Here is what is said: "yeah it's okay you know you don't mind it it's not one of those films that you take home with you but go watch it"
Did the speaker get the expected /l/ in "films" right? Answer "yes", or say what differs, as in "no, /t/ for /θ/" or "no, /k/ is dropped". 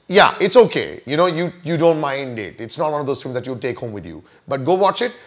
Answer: no, /l/ is dropped